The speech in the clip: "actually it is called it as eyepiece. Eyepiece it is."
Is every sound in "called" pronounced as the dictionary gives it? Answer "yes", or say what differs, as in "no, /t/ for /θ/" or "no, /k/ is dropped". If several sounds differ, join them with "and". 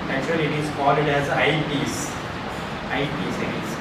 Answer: no, /d/ is dropped